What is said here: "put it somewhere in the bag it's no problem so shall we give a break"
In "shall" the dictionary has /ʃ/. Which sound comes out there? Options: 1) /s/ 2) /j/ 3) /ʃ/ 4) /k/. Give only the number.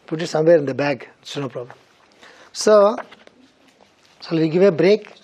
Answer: 1